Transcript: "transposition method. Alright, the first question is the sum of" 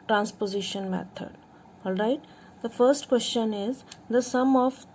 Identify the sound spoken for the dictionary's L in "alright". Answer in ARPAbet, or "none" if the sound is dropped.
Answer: L